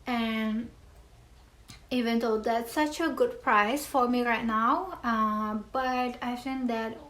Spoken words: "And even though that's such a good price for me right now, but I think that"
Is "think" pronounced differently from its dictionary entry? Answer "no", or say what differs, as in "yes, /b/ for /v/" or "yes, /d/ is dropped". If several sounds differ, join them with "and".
yes, /f/ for /θ/